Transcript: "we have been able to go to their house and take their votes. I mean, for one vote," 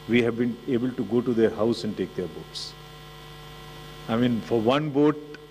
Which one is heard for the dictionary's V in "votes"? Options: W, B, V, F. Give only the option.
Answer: B